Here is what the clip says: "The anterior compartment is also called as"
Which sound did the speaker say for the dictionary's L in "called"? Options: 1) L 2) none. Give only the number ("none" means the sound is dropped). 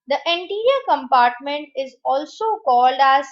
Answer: 1